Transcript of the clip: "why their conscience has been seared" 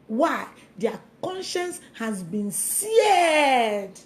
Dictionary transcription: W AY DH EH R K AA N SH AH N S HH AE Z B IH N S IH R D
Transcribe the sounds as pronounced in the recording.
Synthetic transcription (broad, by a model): W AY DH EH K AA N SH AH N S HH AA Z B IH N S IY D